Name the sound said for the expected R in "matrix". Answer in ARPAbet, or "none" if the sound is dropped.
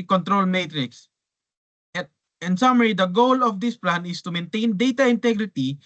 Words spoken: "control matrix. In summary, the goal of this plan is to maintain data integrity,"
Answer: R